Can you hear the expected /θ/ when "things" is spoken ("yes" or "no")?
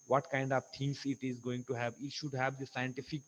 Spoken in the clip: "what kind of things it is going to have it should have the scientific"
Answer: no